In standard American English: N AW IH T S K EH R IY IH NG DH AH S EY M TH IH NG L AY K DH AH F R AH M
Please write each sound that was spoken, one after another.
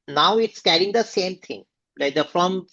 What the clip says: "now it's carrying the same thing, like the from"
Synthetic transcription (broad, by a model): N AW IH T S K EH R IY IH NG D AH S EY M T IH NG L AY K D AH F R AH M